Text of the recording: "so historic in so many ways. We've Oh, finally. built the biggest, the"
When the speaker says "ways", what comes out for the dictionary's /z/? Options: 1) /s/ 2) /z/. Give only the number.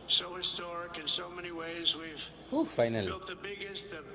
2